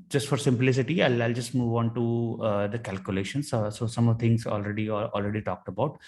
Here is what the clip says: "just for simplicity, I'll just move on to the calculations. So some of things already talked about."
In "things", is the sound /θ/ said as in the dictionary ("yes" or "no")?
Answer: no